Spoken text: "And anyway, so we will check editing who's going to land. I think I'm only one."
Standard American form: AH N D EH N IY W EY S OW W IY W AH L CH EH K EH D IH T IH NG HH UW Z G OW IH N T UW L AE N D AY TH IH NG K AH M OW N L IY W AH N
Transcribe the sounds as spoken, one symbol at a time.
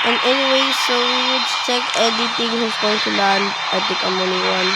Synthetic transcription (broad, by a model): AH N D EH N IY W EY S OW W IY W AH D CH EH K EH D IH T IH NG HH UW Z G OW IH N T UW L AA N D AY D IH K AH M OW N IY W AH N